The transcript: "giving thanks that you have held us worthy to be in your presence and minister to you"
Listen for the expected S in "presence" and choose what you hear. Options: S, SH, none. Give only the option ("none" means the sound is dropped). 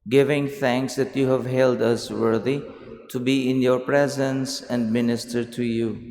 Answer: S